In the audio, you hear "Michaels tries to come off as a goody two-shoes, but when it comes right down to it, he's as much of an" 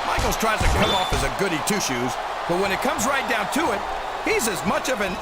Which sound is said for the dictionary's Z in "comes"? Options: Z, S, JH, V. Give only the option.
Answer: Z